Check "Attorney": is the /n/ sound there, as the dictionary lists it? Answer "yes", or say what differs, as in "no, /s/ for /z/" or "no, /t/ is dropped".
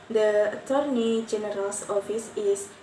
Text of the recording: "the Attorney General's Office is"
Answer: yes